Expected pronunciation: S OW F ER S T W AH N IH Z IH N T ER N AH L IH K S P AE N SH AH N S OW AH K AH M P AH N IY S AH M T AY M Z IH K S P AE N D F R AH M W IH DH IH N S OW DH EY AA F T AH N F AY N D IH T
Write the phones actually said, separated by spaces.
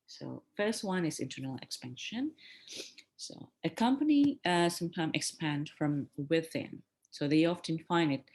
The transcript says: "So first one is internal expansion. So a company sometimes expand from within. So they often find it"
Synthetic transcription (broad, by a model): S OW F ER S T W AH N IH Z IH N T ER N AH L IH K S P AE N SH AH N S OW AH K AH M P AH N IY S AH M T AY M IH K S P AE N D F R AH M W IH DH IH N S OW DH EY AA F T AH N F AY N D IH T